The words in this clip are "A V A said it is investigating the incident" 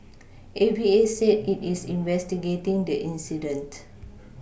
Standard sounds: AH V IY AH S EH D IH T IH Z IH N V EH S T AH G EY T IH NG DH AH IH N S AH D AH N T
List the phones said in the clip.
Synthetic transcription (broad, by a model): AH B IY AH S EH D IH T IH S IH N V EH S T AH G EY T IH NG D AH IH N S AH D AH N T